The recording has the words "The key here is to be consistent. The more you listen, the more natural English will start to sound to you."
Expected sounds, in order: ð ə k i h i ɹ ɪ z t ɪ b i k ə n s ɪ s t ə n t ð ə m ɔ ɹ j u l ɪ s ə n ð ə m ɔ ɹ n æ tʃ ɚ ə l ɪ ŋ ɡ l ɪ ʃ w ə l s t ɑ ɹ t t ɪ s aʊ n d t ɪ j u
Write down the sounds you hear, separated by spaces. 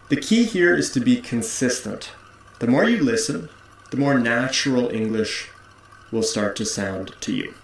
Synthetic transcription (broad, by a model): ð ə k i h i ɹ ɪ z t ɪ b i k ə n s ɪ s t ə n t ð ə m ɔ ɹ j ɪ l ɪ s ə n ð ə m ɔ ɹ n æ tʃ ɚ l ɪ ŋ ɡ l ɪ ʃ w ə l s t ɑ ɹ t t ɪ s aʊ n t ɪ j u